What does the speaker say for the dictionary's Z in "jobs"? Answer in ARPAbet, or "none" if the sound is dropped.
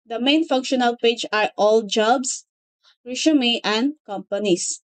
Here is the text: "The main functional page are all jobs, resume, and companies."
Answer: S